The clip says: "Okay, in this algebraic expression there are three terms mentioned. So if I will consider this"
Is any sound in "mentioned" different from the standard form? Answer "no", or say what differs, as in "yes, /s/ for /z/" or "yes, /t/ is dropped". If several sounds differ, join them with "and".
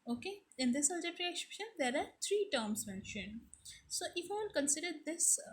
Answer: no